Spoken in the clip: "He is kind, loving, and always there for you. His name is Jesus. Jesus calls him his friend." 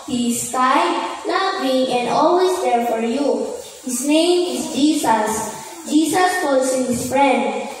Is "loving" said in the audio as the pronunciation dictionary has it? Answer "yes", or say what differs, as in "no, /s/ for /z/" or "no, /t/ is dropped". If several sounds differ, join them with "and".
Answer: no, /b/ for /v/